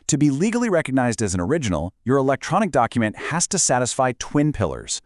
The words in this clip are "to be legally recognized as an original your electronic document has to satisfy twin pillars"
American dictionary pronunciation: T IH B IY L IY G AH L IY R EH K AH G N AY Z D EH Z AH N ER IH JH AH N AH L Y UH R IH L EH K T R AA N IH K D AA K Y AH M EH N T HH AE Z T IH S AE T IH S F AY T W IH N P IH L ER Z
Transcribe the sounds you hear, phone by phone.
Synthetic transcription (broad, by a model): T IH B IY L IY G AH L IY R EH K AH G N AY Z D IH Z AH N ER IH JH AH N L Y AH R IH L EH K T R AA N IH K D AA K Y AH M EH N T HH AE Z T IH S AE T IH S F AY T W IH N P IH L ER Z